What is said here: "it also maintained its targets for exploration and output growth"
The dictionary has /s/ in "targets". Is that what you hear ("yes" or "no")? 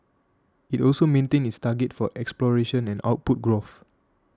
no